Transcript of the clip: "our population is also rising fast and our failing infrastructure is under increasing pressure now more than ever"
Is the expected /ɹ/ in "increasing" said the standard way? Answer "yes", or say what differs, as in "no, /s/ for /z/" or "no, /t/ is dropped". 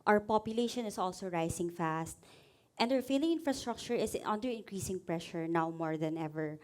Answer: yes